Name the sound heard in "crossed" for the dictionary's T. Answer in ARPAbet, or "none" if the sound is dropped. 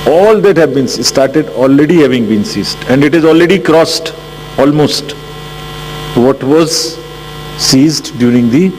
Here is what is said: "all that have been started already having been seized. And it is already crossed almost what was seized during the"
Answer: T